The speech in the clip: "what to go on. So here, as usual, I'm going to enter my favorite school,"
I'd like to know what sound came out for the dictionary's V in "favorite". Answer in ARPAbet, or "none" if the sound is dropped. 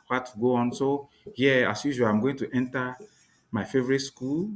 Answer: V